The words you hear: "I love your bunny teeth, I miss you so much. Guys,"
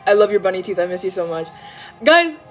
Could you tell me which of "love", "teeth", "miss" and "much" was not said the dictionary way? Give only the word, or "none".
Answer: none